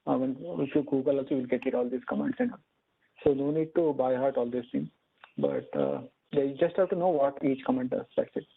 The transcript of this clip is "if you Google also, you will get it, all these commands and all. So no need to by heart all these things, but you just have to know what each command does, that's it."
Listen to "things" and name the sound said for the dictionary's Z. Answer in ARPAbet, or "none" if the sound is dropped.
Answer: none